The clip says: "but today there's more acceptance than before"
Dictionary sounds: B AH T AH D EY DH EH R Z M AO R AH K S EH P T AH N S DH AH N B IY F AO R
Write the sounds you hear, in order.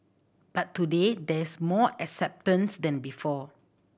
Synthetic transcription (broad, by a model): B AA T AH D EY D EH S M AO AH K S EH P T AH N S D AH N B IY F AO